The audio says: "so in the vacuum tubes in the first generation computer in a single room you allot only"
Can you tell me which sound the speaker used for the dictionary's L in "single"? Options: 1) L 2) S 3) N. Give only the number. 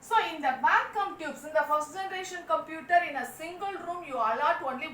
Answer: 1